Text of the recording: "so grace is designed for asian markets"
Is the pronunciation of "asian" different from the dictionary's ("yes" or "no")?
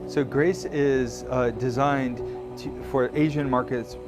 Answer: no